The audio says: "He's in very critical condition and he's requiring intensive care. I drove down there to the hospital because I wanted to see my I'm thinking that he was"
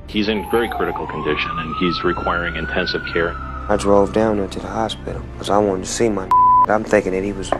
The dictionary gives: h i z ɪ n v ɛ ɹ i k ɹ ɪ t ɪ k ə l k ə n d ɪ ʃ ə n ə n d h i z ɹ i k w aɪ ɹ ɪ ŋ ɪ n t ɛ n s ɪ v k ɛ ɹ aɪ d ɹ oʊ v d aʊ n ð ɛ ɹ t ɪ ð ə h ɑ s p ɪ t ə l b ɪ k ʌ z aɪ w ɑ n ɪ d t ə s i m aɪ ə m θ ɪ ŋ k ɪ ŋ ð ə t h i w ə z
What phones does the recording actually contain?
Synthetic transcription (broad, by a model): h i z ɪ n v ɛ ɹ i k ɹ ɪ t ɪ k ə l k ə n d ɪ ʃ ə n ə n i z ɹ i k w aɪ ɹ ɪ ŋ ɪ n t ɛ n s ɪ v k ɛ ɹ aɪ d ɹ oʊ v d aʊ n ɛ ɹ t ɪ ð ə h ɑ s p ɪ t l k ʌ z aɪ w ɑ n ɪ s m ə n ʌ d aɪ ə m θ ɪ ŋ k ɪ ŋ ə t h i w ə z